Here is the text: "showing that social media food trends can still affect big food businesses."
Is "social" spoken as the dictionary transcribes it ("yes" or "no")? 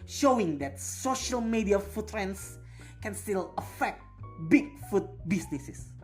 yes